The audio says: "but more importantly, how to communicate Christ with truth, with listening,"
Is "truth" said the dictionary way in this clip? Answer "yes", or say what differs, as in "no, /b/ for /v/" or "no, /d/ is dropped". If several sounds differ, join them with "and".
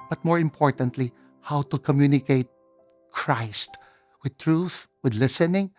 yes